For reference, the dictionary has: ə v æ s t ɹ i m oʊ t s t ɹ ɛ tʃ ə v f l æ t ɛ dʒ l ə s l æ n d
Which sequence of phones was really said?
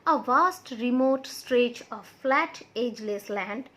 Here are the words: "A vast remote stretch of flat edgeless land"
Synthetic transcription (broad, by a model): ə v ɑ s t ɹ i m oʊ t s t ɹ ɛ tʃ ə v f l æ t ɛ dʒ l ə s l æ n d